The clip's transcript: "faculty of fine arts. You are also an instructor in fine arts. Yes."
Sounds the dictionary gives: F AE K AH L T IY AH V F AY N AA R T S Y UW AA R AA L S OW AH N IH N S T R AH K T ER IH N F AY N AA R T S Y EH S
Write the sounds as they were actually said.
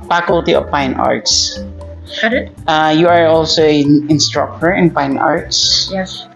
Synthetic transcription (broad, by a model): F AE K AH L T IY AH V P AY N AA R T S Y UW AA R AA L S OW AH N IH N S T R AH K T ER IH N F AY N AA R T S Y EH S